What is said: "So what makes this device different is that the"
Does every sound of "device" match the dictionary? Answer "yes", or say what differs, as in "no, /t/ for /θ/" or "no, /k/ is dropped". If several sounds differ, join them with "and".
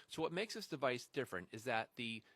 yes